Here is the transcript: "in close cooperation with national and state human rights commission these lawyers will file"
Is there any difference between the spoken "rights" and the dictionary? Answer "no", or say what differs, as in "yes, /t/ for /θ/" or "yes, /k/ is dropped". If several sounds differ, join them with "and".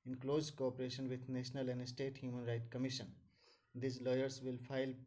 yes, /s/ is dropped